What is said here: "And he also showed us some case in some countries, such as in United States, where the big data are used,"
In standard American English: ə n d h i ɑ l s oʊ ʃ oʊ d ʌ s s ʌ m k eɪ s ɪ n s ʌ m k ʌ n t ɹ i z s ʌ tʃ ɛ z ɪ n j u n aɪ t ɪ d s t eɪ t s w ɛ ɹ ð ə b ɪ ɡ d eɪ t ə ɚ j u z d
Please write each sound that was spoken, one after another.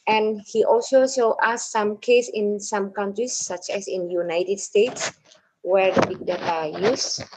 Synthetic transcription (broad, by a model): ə n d h i ɑ l s oʊ s oʊ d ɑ s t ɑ m k eɪ s ɪ n s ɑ m k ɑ n t ɹ i s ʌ tʃ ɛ s ɪ n j u n aɪ t ɪ d s t eɪ t s w ɛ ɹ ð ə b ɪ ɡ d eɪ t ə j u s